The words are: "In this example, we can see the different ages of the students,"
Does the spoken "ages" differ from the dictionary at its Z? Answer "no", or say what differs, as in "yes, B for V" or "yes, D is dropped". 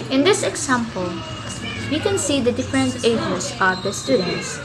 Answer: yes, S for Z